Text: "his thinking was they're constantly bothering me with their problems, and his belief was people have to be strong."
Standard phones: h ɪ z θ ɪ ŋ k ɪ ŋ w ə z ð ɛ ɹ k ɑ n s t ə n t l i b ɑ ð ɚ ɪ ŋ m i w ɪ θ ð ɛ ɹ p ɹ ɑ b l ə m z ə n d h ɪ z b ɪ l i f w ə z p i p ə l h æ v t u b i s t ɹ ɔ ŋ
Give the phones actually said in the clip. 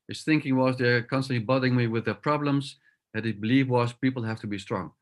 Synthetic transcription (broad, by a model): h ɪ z θ ɪ ŋ k ɪ ŋ w ə z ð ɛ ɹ k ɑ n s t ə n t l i b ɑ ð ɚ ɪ ŋ m i w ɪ ð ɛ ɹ p ɹ ɑ b l ə m z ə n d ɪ b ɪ l i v w ə z p i p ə l h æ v t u b i s t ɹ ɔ ŋ